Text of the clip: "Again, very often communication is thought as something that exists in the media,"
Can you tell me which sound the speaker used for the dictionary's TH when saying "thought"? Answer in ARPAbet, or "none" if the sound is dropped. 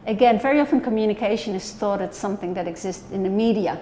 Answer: TH